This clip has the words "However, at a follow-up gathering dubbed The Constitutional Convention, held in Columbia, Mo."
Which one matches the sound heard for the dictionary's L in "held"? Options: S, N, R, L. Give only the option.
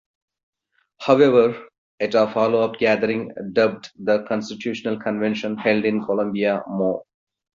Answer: L